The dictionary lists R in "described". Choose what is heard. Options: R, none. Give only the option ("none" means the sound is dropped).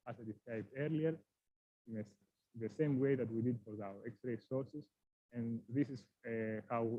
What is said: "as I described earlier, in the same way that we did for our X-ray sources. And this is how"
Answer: none